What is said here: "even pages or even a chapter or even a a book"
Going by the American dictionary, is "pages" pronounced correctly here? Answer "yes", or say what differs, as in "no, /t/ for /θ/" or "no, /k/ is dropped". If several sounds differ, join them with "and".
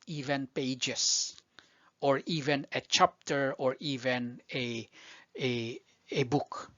no, /s/ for /z/